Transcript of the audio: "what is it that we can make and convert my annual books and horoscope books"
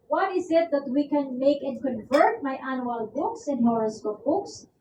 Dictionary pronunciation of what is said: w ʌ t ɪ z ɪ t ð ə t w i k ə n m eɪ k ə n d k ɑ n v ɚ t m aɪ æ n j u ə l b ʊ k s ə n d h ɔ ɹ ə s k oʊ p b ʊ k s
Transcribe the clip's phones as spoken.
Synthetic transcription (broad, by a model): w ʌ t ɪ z ɪ t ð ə t w i k ə n m eɪ k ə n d k ɑ n v ɚ t m aɪ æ n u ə l b ʊ k s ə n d h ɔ ɹ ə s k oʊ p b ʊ k s